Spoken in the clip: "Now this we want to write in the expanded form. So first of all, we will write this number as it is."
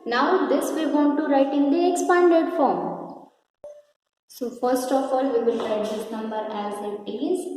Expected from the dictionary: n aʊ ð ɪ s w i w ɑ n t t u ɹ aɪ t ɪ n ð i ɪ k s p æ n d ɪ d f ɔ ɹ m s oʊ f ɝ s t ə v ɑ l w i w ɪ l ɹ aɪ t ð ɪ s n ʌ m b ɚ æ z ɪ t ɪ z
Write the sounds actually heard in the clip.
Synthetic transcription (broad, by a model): n aʊ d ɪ s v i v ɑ n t t u ɹ aɪ t ɪ n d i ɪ k s p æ n d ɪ d f ɔ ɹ m s oʊ f ɝ s t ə f ɑ l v i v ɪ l ɹ aɪ t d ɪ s n ʌ m b ɚ æ z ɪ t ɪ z